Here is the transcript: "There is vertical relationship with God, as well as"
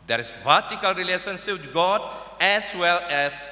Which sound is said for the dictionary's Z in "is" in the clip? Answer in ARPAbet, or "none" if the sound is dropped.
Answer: S